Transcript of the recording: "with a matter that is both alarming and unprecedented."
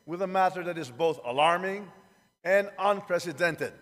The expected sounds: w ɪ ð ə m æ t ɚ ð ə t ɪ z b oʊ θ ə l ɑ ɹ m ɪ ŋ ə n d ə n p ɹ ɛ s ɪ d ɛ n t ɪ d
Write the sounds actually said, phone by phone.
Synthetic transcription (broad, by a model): w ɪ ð ə m æ t ɚ ð ə t ɪ z b oʊ θ ə l ɑ ɹ m ɪ ŋ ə n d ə n p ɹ ɛ s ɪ d ɛ n t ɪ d